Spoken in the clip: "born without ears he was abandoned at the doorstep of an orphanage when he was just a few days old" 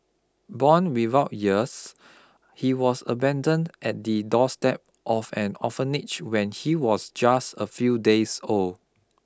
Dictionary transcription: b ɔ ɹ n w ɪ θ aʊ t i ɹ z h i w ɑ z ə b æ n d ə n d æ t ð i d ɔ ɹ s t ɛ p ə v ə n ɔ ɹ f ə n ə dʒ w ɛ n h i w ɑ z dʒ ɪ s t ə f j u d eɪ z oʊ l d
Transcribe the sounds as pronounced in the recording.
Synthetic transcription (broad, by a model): b ɔ n w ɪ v aʊ t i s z h i w ɑ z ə b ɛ n d ə n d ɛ t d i d ɔ s t ɛ p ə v ə n ɔ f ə n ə tʃ w ɛ n h i w ɑ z dʒ ɪ s t ə f j u d eɪ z oʊ l